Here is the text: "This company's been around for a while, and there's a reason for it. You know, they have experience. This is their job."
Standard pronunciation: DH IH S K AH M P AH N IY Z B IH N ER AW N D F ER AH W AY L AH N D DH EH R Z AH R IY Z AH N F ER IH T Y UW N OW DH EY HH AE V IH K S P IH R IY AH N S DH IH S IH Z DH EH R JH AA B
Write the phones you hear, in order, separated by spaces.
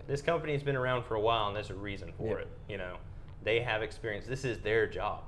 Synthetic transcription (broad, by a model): DH IH S K AH M P AH N IY Z B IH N ER AW N D F ER AH W AY L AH N DH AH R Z AH R IY Z AH N F ER IH T Y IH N OW DH EY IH V IH K S P IH R IY AH N S DH IH S IH Z DH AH R JH AA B